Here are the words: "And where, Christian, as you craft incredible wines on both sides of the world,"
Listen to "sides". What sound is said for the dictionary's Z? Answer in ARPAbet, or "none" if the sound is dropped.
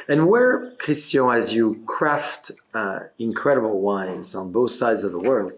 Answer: Z